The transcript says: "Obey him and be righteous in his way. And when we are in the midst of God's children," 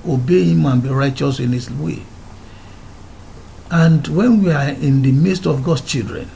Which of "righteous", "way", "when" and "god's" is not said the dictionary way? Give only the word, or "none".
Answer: god's